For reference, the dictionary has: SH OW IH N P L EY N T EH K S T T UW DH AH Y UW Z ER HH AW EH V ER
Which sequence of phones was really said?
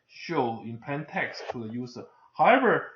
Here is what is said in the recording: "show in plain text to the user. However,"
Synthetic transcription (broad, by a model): SH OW IH N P EY N T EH K S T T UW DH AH Y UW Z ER HH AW EH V ER